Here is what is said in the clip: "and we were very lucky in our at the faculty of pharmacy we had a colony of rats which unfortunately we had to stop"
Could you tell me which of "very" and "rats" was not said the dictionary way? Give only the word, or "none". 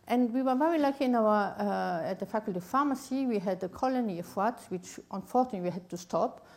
rats